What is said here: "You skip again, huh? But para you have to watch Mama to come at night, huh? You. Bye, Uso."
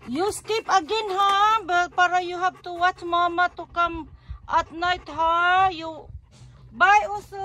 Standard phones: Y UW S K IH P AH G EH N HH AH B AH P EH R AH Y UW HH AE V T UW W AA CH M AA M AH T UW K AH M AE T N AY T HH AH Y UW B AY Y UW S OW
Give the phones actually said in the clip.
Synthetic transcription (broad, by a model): Y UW S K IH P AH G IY N HH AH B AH P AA R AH Y UW HH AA B T UW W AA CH M AA M AH T UW K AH M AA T N AY T HH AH Y UW B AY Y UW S